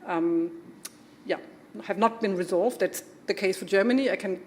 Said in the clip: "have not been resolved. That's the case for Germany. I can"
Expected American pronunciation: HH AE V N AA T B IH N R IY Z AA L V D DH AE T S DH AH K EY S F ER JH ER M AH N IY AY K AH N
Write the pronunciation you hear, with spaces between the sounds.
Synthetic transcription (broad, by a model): HH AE V N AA T B IH N R IY Z AA L V D DH AE T S DH AH K EY S F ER JH ER M AH N IY AY K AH N